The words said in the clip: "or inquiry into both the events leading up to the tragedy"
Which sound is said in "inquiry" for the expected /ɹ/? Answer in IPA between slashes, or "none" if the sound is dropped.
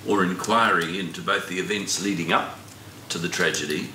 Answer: /ɹ/